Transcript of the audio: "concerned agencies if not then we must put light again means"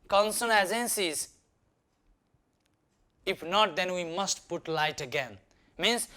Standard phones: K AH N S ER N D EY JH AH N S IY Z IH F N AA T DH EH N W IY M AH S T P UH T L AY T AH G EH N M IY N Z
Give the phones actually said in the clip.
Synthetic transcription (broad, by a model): K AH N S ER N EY Z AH N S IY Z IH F N AA T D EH N W IY M AH S T P UH T L AY T AH G EH N M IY N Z